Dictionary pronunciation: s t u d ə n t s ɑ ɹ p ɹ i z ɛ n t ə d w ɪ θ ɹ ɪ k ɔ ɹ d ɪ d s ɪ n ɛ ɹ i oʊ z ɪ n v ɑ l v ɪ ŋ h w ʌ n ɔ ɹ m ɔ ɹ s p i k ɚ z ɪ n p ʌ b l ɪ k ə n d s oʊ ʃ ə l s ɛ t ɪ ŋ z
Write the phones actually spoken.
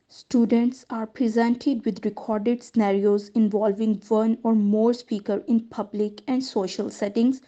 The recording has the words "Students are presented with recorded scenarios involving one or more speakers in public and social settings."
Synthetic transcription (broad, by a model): s t u d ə n t s ɑ ɹ p ɹ i z ɛ n t ə d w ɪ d ɹ ɪ k ɔ ɹ d ɪ d s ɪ n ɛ ɹ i oʊ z ɪ n v ɑ l v ɪ ŋ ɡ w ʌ n ɔ ɹ m ɔ ɹ s p i k ɚ ɪ n p ʌ b l ɪ k ə n d s oʊ ʃ ə l s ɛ t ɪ ŋ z